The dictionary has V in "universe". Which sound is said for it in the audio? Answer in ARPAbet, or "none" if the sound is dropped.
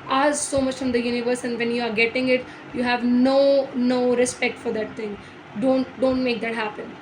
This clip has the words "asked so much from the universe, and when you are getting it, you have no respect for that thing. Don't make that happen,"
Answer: V